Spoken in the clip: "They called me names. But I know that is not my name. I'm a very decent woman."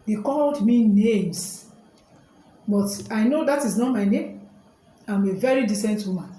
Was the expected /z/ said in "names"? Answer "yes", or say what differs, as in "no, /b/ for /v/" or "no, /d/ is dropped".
no, /s/ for /z/